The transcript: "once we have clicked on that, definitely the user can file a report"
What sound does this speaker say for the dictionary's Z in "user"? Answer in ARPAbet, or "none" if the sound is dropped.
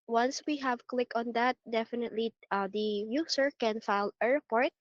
S